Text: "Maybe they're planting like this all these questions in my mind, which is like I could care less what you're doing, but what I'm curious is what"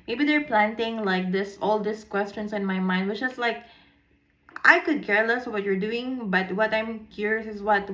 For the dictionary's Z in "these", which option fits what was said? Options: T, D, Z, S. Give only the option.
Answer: S